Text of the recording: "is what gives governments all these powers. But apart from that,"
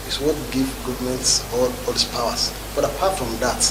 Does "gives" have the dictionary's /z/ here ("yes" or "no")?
no